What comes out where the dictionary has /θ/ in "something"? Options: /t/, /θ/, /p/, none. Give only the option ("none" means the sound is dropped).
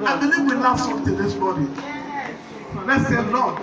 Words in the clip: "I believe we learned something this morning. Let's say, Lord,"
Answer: /t/